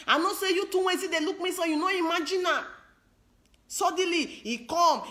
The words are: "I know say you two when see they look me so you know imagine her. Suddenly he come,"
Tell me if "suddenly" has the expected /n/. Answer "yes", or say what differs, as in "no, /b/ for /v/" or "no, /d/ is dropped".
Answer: no, /n/ is dropped